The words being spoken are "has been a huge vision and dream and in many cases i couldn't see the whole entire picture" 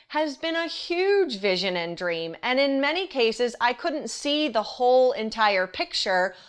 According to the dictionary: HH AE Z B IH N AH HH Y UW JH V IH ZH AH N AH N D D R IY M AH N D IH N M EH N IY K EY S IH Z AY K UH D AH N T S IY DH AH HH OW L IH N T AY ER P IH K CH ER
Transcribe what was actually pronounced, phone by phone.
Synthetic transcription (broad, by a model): HH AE Z B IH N AH HH Y UW JH V IH ZH AH N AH N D D R IY M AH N IH N M EH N IY K EY S IH Z AY K UH D N T S IY DH AH HH OW L IH N T AY ER P IH K CH ER